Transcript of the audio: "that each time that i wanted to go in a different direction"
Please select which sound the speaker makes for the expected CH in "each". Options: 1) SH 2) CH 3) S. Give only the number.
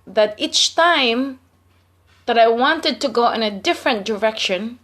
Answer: 2